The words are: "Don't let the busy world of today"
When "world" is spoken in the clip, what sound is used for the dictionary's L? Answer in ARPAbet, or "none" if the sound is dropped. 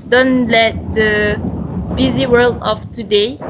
L